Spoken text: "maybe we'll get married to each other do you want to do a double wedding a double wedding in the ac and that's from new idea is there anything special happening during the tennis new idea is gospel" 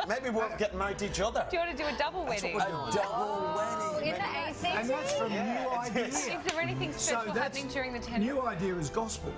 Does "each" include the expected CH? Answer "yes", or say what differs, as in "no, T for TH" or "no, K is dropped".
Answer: yes